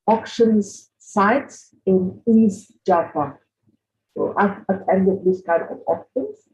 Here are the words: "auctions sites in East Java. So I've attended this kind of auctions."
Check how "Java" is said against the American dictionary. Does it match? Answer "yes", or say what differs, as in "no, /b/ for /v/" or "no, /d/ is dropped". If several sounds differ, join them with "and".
no, /p/ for /v/